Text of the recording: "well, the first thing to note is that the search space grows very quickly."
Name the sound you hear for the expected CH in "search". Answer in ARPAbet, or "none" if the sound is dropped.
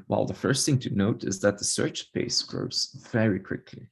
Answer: CH